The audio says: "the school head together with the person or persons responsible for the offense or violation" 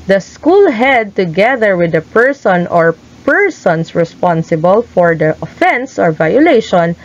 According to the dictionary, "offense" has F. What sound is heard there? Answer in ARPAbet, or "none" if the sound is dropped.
F